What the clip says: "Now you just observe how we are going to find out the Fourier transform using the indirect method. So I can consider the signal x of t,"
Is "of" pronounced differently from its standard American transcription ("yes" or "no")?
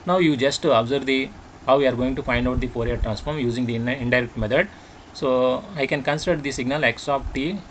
yes